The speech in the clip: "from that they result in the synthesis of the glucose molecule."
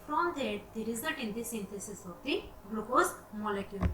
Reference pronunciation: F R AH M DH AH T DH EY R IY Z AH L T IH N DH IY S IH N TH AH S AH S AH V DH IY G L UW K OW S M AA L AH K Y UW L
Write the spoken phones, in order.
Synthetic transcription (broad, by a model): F R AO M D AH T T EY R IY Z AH T IH N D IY S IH N T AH S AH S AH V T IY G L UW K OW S M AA L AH K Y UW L